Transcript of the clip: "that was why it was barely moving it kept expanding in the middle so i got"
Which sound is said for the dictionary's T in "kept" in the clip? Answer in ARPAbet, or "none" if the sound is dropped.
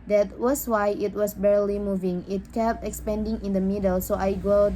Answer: T